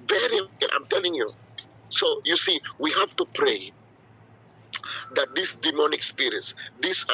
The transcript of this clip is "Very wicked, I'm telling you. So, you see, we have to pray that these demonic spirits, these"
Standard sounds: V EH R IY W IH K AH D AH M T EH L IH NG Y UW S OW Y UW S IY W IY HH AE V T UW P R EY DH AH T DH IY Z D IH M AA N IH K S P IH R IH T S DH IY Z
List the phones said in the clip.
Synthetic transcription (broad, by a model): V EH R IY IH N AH AH M T EH L IH NG Y UW S OW Y UW S IY W IY HH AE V T UW P R EY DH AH T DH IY S D IH M AA N IH K S P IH R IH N S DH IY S